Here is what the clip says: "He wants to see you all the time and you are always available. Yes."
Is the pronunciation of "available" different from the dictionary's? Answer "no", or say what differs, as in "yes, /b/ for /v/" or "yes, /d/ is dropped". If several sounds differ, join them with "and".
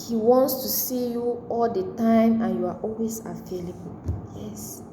yes, /f/ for /v/